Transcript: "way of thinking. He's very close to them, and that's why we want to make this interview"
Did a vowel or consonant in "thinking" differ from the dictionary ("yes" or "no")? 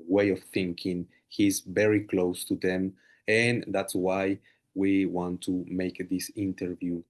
no